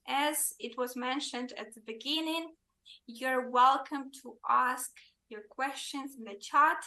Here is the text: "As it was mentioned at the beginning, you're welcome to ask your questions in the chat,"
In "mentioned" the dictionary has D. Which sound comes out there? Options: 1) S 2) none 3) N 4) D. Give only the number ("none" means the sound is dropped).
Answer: 4